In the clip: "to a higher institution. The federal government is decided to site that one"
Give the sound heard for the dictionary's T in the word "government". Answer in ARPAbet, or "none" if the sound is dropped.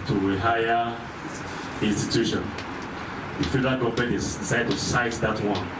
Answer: none